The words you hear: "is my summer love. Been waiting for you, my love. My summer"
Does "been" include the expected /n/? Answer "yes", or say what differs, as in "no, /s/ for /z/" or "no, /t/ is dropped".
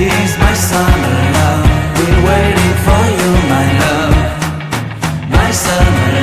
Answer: no, /l/ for /n/